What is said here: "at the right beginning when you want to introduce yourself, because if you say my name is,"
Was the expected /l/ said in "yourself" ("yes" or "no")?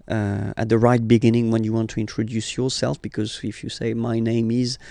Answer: yes